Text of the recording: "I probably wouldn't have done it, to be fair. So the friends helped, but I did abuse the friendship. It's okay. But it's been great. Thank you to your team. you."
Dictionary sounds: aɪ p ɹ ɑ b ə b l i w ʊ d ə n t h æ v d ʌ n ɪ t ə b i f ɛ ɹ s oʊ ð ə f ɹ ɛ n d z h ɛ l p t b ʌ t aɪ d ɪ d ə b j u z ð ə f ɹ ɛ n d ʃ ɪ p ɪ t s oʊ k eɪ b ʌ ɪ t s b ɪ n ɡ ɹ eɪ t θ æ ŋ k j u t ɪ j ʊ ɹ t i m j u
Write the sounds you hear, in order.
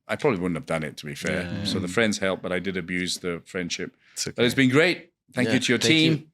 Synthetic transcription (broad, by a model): aɪ p ɹ ɑ b ə b l i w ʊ d n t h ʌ v d ʌ n ɪ t ə b i f ɛ ɹ s oʊ ð ə f ɹ ɛ n d z h ɛ l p b ʌ t aɪ d ɪ d ə b j u z ð ə f ɹ ɛ n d ʃ ɪ p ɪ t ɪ ɪ t s b ɪ n ɡ ɹ eɪ t θ æ ŋ k j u t ɪ j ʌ ɹ t i m